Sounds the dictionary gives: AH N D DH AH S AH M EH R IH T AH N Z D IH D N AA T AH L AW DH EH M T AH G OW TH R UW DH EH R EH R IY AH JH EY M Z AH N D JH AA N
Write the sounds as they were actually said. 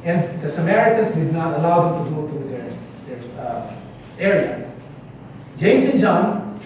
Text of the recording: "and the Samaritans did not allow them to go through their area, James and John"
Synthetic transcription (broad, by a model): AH N D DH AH S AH M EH R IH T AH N S D IH D N AA T AH L AW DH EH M T AH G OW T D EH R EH R EH R IY AH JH EY M S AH N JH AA N